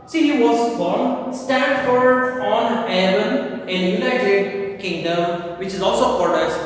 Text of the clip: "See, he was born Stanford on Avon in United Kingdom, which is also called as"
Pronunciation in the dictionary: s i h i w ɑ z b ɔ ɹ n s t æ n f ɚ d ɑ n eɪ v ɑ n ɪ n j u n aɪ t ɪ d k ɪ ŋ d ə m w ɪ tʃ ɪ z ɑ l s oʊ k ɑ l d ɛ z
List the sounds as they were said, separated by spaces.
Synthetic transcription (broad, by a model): s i h i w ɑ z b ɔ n s t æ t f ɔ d ɑ n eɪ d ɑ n ɪ n j u n aɪ t ɪ d k ɪ ŋ d ə m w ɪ tʃ ɪ z ɑ l s oʊ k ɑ d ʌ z